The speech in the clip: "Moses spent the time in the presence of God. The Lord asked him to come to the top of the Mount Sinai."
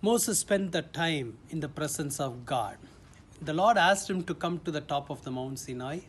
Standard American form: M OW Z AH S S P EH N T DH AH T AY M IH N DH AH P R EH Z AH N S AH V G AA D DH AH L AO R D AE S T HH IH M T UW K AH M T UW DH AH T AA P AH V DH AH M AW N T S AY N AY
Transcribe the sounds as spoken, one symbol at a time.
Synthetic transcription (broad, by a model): M OW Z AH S S P EH N T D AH T AY M IH N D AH P R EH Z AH N S AH V G AA D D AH L AO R D AE S T HH IH M T UW K AH M T UW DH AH T AA P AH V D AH M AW N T S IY N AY